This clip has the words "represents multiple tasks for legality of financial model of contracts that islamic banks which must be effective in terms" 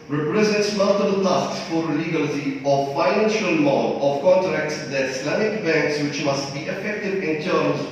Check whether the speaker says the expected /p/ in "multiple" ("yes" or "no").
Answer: no